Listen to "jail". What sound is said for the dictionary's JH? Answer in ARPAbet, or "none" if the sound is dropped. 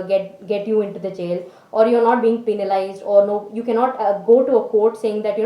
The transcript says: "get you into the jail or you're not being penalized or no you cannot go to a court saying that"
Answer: CH